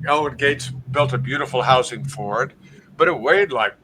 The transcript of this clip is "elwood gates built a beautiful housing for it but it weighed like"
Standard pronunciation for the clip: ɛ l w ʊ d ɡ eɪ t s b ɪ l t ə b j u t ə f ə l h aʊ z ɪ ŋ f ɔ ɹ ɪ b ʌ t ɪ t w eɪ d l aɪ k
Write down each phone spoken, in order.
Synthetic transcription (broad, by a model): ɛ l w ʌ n ɡ eɪ t s b ɪ l t ə b j u t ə f l h aʊ s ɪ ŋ f ɔ ɹ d b ʌ t ɪ t w eɪ d l aɪ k